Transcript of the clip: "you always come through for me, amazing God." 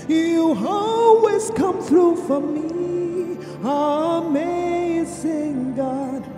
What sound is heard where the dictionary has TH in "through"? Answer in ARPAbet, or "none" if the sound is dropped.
TH